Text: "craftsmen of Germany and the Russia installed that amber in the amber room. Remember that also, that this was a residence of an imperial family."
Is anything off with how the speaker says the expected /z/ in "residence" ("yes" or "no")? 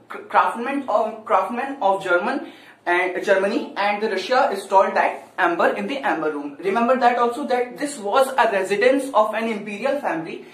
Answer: no